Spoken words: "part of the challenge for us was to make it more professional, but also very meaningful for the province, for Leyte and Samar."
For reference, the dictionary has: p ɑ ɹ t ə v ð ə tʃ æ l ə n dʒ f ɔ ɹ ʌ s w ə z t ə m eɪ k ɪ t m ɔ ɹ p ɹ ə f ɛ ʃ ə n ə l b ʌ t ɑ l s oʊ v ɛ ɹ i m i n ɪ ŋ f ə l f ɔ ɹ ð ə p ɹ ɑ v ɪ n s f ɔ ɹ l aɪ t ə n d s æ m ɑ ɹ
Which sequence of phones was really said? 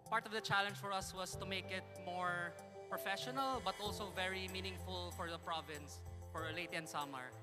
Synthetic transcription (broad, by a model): p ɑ ɹ t ə v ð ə tʃ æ l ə n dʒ f ɔ ɹ ʌ s w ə s t ə m eɪ k ɪ t m ɔ ɹ p ɹ ə f ɛ ʃ ə n ə l b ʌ t ɑ l s oʊ v ɛ ɹ i m i n ɪ ŋ f ə l f ɔ ɹ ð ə p ɹ ɑ v ɪ n s f ɔ ɹ l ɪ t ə n s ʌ m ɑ ɹ